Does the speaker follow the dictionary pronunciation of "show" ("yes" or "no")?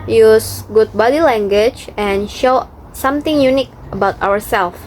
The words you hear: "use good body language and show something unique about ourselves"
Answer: yes